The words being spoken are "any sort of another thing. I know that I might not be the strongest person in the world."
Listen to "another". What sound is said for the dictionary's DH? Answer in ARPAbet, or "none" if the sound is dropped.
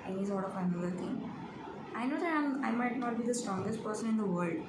none